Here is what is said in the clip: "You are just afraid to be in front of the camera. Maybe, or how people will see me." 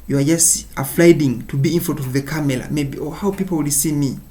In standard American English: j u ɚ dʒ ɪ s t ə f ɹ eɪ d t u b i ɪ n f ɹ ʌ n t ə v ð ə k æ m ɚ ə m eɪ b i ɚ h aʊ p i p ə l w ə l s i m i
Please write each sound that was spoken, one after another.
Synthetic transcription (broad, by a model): j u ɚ dʒ ɪ s t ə f l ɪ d t u b i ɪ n f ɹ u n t ə v ð ə k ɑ m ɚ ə m eɪ b i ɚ h aʊ p i p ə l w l s i m i